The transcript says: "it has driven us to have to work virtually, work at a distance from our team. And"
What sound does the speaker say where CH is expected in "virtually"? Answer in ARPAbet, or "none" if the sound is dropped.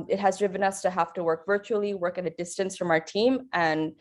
CH